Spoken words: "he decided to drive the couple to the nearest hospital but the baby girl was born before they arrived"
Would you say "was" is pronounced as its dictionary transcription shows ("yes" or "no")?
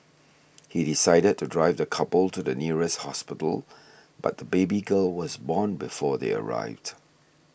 yes